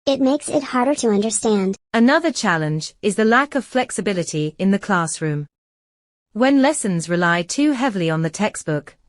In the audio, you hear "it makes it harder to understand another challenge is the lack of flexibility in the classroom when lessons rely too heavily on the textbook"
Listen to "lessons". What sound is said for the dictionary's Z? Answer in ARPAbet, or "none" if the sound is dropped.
Z